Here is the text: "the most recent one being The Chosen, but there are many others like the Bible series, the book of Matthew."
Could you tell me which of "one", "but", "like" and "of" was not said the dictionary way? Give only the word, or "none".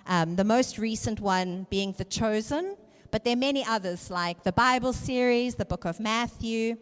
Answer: none